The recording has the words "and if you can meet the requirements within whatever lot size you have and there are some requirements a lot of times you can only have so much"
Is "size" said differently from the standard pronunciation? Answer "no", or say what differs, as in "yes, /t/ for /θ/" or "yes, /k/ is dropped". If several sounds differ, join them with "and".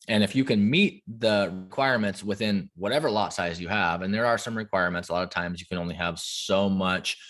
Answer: no